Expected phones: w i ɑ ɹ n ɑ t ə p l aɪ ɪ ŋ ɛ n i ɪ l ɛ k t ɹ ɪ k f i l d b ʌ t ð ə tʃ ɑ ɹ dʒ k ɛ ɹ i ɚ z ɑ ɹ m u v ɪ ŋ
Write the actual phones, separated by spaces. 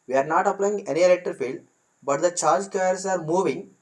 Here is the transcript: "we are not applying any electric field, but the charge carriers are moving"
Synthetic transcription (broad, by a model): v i ɑ ɹ n ɑ t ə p l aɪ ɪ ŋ ɛ n i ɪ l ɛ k t ɪ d f i l d b ʌ t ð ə tʃ ɑ ɹ dʒ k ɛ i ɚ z ɑ ɹ m u v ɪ ŋ